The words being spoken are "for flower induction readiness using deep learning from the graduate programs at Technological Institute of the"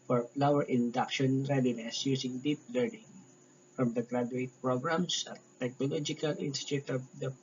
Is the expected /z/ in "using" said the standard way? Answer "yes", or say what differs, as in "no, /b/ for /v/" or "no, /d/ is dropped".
no, /s/ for /z/